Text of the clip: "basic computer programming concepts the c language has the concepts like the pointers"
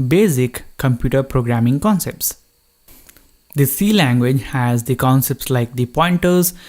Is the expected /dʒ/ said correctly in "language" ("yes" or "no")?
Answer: yes